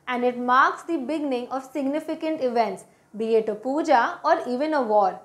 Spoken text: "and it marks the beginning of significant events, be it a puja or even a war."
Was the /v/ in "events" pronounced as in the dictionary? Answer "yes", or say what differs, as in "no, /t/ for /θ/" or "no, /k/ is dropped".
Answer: yes